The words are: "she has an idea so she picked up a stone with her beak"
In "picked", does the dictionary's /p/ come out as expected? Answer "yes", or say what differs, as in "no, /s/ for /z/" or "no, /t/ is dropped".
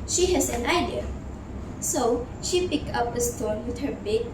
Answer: yes